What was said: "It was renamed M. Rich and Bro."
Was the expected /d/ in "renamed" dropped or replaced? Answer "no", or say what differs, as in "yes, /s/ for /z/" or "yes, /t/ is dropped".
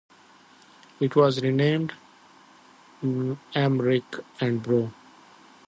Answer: no